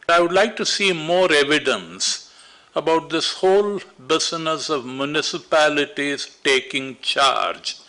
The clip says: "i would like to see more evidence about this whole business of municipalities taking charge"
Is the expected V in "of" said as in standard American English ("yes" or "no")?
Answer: yes